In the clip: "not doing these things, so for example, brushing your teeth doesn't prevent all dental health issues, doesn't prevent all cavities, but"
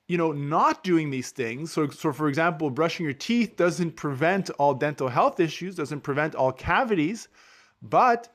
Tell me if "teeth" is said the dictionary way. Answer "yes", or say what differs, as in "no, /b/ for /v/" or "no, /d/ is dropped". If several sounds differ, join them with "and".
yes